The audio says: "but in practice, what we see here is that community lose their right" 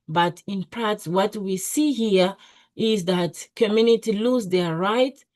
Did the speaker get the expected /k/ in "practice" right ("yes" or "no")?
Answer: no